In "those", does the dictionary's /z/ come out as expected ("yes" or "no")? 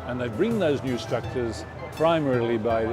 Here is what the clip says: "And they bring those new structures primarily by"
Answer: yes